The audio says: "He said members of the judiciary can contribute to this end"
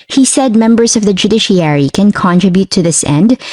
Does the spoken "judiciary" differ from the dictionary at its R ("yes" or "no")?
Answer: no